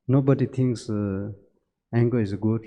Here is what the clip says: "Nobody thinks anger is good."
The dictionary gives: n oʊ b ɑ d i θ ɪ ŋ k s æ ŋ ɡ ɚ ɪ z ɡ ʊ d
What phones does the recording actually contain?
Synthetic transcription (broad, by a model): n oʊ b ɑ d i t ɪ ŋ k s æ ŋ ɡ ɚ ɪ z ɡ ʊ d